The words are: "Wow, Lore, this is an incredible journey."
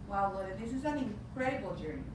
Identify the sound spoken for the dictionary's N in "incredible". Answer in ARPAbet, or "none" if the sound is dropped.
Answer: none